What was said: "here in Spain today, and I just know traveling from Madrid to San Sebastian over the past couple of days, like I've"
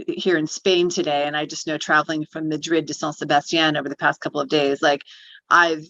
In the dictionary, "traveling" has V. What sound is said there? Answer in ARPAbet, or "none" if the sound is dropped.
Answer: V